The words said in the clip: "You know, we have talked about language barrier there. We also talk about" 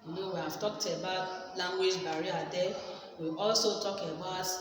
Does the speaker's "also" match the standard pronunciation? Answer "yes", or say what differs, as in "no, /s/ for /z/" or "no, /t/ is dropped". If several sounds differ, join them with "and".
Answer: yes